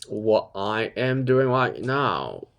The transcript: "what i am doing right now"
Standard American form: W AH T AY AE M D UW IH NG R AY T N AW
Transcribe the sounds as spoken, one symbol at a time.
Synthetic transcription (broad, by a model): W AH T AY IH M D UW IH NG L AY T N AW